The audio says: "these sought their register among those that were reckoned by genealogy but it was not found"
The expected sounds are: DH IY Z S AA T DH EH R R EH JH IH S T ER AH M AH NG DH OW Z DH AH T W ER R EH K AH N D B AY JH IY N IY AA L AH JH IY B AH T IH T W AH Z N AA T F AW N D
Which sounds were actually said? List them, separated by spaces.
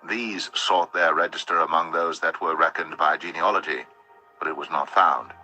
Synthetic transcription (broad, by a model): DH IY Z S AA T DH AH R R EH JH IH S T ER AH M AH NG DH OW Z DH AH T W ER R EH K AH N B AY JH IY N IY AA L AH JH IY B AH T IH T W AH Z N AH T F AW N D